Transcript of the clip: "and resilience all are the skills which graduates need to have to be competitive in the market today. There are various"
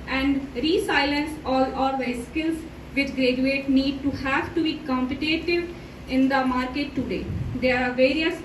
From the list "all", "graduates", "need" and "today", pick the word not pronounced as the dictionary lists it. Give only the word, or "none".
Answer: graduates